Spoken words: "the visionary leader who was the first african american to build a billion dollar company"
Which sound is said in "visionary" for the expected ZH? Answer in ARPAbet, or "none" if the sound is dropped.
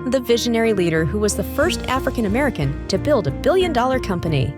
ZH